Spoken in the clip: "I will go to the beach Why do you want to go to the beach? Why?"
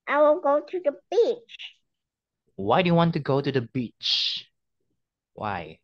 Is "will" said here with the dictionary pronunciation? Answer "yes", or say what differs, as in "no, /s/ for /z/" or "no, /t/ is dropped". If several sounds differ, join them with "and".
no, /n/ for /l/